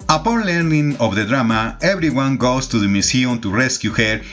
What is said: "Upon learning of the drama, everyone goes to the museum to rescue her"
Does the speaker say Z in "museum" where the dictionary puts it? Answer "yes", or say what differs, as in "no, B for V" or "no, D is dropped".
no, S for Z